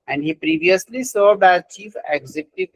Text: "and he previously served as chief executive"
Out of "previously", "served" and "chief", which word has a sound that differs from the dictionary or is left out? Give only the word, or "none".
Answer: served